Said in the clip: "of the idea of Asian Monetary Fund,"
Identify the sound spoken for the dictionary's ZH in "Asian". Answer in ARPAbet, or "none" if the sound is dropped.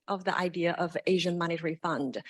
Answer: ZH